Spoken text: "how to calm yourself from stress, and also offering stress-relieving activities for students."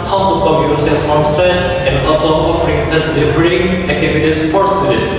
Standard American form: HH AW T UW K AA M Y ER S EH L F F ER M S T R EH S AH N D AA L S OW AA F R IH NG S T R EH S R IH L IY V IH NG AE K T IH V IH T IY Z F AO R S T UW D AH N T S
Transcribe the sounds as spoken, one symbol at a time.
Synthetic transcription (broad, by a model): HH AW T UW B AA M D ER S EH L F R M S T EH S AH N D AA S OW AA F R IH NG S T EH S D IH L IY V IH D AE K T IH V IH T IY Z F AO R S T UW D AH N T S